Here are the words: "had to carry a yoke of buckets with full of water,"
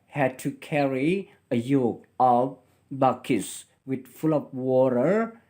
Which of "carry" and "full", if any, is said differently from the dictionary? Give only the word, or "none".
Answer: none